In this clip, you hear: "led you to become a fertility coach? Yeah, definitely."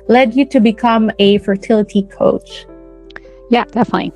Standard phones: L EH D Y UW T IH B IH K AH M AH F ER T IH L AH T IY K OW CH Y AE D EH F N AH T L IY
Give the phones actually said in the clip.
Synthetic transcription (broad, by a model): L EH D Y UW T IH B IH K AH M AH F ER T IH L AH T IY K OW CH Y AE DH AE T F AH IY